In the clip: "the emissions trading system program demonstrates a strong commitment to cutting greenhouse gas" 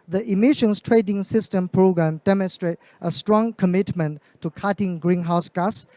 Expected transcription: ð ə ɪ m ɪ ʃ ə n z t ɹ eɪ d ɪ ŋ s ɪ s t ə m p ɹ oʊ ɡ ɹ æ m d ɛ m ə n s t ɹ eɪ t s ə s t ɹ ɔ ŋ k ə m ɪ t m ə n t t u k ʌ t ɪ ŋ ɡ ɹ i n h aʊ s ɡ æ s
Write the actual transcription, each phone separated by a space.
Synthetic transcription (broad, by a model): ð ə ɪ m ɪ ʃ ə n s t ɹ eɪ d ɪ ŋ s ɪ s t ə m p ɹ oʊ ɡ ɹ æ m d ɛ m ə n s t ɹ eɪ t ə s t ɹ ɔ ŋ k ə m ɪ t m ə n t t u k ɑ t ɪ ŋ ɡ ɹ i n h aʊ s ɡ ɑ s